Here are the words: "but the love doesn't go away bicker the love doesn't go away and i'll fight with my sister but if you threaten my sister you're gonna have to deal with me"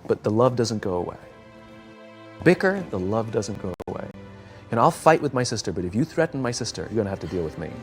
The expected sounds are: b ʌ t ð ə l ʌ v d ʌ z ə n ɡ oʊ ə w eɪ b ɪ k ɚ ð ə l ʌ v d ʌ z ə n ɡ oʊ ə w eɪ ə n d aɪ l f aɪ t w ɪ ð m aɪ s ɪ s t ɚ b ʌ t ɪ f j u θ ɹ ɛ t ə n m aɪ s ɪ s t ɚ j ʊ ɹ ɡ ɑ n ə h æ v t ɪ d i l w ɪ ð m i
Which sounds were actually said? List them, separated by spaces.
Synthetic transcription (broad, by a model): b ʌ t ð ə l ʌ v d ʌ z ə n ɡ oʊ ə w eɪ b ɪ k ɚ ð ə l ʌ v d ʌ z ə n ɡ oʊ ə w eɪ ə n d aɪ l f aɪ t w ɪ ð m aɪ s ɪ s t ɚ b ʌ t ɪ f j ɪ θ ɹ ɛ t n m aɪ s ɪ s t ɚ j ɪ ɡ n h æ f t ɪ d i l w ɪ ð m i